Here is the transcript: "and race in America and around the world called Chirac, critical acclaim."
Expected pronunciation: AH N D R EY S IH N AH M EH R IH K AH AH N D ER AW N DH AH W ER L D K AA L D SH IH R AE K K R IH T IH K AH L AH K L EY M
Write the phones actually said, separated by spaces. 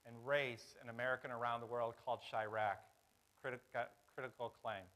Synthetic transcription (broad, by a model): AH N R EY S IH N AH M EH R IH K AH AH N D ER AW N DH AH W ER L D K AA L D SH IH R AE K K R IH T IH K L K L EY M